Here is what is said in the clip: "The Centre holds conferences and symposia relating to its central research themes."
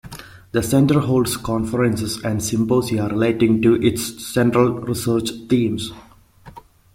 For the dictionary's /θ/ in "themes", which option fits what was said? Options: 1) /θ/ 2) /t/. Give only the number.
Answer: 2